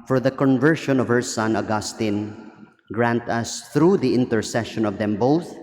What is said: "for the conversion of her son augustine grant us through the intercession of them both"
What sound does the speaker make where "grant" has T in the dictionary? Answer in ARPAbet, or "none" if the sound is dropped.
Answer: T